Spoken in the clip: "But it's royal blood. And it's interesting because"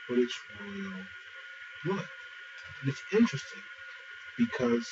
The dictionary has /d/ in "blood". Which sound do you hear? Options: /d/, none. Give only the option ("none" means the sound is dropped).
none